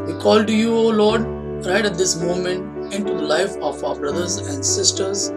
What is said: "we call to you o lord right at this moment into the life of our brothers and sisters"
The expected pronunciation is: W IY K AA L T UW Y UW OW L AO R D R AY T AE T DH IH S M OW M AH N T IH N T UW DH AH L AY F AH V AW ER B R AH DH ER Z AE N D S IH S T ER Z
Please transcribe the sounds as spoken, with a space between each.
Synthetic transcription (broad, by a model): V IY K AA L T UW Y UW OW L AO R D R AY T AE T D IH S M OW M AH N T IH N T UW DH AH L AY F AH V AW ER B R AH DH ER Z AE N D S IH S T ER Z